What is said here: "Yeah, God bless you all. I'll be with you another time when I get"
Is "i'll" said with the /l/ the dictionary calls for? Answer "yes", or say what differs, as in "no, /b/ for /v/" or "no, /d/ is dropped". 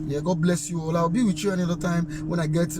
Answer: no, /w/ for /l/